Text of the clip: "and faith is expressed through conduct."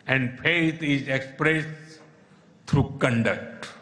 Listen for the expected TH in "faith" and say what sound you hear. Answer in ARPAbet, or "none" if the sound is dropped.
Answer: T